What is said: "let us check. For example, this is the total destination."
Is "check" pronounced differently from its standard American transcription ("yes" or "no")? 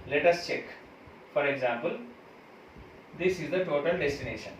no